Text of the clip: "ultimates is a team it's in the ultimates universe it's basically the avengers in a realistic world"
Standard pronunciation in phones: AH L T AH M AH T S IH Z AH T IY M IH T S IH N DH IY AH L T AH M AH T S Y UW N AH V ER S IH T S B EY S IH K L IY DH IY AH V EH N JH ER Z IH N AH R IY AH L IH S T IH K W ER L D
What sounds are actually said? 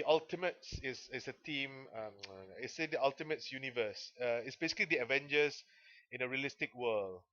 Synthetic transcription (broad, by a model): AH L T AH M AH T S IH S AH T IY M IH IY S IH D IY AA L T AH M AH T S Y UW N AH V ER S IH T S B EY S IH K L IY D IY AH V EH N JH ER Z IH N AH R IY AH L IH S T IH K W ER L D